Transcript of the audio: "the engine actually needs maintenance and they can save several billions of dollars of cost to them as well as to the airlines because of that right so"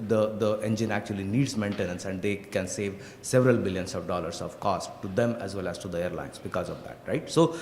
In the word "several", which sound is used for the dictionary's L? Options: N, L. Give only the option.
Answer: L